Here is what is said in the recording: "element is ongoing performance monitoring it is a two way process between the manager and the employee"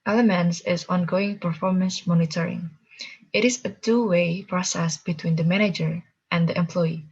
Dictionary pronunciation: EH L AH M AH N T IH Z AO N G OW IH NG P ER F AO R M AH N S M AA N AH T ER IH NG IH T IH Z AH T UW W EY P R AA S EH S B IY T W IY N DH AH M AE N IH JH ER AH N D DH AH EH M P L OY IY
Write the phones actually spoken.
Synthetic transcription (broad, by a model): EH L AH M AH N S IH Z AO N G OW IH NG P ER F AO R M AH N S M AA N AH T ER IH NG IH T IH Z AH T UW W EY P R AA S EH S B IY T W IY N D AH M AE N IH JH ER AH N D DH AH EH M P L OY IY